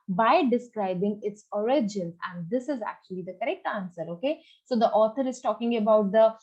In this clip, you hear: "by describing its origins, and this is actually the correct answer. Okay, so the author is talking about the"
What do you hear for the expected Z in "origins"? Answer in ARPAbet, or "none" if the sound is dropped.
none